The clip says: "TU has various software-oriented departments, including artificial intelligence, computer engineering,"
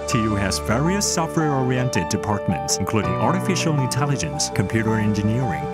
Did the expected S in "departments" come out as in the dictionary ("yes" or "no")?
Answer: yes